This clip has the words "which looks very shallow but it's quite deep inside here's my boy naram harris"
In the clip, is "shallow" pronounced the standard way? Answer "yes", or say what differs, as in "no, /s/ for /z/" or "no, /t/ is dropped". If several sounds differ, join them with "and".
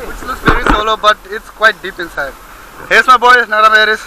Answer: no, /s/ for /ʃ/